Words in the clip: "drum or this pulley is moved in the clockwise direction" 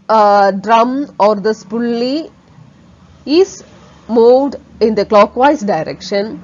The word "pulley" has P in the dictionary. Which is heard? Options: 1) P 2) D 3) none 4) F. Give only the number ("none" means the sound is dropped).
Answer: 1